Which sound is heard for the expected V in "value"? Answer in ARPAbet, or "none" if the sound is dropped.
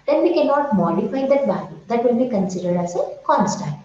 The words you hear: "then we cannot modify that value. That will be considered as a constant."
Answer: B